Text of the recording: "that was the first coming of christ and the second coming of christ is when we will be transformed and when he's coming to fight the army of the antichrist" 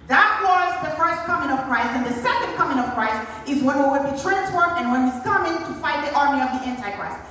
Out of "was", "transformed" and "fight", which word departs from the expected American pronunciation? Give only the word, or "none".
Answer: transformed